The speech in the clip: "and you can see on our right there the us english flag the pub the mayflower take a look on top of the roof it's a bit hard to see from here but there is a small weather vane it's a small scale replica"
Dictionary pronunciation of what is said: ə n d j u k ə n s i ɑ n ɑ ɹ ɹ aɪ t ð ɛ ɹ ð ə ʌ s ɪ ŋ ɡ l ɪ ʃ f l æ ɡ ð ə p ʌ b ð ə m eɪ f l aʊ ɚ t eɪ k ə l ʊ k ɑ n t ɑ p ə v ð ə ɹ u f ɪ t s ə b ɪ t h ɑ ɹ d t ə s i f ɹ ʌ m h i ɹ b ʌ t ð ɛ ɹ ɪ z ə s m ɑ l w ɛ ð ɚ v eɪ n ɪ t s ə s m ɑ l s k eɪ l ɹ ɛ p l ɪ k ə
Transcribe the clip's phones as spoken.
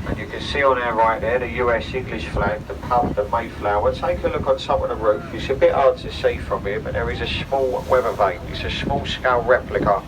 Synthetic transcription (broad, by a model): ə n j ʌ k ə n s i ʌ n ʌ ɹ ɹ aɪ t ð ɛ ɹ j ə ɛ s ɪ ŋ ɡ l ɪ ʃ f l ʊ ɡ ð ə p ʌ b ð ə m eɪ f l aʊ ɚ t eɪ k ə l ʊ k n s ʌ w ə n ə ɹ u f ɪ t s ə b ɪ t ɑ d t ə s i f ɹ ʌ m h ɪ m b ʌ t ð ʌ ɹ ɪ z ə s m ɑ l w ɛ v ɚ v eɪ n ɪ t s ə s m ɑ l s k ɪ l ɹ ɛ p l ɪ k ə